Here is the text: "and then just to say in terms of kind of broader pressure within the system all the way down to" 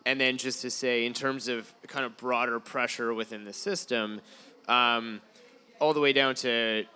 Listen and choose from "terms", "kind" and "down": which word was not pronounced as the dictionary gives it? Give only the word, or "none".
none